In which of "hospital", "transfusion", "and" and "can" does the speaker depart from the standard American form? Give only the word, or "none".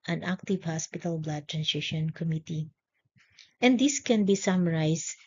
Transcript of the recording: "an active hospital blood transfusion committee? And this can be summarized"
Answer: transfusion